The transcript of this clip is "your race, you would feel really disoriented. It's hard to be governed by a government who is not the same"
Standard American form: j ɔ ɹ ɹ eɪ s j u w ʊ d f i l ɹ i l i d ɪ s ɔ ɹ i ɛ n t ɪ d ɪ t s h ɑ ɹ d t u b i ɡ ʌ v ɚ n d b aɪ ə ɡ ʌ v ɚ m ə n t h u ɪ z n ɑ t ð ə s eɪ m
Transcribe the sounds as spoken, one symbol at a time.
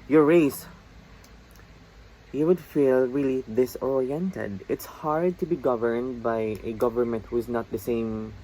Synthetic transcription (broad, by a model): j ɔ ɹ ɹ eɪ s j u w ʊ d f i l ɹ i l i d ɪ s ɔ ɹ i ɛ n t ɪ d ɪ t s h ɑ ɹ d t u b i ɡ ʌ v ɚ n d b aɪ ə ɡ ʌ v ɚ m ə n t h u ɪ z n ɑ t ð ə s eɪ m